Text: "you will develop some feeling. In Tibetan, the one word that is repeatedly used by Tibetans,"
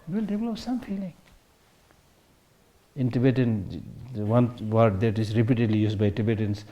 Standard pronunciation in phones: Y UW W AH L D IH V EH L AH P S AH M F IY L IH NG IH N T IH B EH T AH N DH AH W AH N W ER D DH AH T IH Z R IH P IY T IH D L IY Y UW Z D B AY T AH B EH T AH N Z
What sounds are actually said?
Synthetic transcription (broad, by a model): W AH L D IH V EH L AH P S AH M F IY L IH NG IH N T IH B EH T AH N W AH N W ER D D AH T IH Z R IH P IY T IH D L IY Y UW S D B AY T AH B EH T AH N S